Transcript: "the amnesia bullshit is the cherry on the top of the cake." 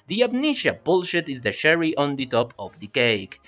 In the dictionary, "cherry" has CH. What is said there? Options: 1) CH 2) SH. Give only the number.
2